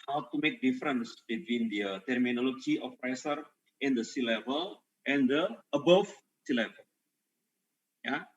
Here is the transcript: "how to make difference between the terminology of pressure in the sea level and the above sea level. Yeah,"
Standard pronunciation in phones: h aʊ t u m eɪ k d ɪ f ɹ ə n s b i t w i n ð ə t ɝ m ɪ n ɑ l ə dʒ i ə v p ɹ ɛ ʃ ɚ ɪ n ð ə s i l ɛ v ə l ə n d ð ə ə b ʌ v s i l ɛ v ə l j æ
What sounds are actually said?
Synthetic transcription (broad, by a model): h aʊ t u m eɪ k d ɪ f ɹ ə n s b i t w i n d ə t ɝ m ɪ n ɑ l ə dʒ i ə f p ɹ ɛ s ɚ ɪ n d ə s i l ɛ v ə l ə n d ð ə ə b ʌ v s i l ɛ v ə l j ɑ